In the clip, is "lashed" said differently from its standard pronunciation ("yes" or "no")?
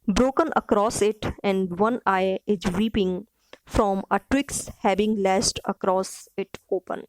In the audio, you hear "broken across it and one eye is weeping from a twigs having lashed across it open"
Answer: yes